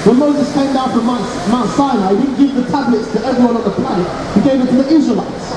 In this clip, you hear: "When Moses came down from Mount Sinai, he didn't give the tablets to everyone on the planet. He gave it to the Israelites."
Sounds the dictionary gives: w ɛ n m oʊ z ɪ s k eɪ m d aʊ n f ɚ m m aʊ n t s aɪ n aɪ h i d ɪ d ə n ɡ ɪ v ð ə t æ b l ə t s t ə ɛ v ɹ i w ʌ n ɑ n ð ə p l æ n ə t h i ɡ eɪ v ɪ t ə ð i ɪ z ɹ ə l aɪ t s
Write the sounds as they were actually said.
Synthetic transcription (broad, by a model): w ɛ n m oʊ z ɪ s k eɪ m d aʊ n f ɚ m m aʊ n s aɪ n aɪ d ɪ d n ɡ ɪ v ð ə t æ b l ə t s t ə ɛ v ɹ i w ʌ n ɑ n ð ə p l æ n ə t h i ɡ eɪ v ɪ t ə ð i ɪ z ɹ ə l aɪ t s